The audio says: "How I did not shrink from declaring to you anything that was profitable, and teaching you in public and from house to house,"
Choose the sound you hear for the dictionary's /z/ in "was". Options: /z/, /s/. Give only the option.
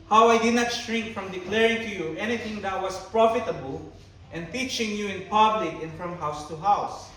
/s/